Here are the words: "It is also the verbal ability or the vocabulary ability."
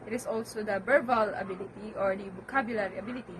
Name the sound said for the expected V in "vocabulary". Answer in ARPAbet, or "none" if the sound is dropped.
B